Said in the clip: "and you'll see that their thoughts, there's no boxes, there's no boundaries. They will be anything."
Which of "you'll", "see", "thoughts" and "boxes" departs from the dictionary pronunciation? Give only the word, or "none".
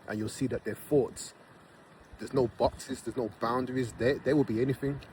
thoughts